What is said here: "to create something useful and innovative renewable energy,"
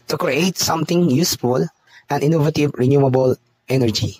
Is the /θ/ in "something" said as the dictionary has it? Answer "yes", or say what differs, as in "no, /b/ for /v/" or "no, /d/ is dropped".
no, /t/ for /θ/